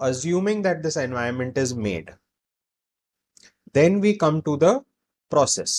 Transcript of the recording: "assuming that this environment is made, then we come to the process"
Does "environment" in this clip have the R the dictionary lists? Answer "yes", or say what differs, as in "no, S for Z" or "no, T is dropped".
no, R is dropped